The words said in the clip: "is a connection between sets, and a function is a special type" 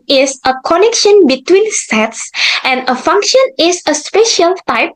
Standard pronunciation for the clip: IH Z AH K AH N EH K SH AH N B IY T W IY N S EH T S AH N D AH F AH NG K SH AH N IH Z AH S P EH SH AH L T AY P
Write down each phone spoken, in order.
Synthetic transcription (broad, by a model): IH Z AH K AH N EH K SH AH N B IY T W IY N S EH T S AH N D AH F AH NG K SH AH N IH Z AH S P EH SH AH L T AY P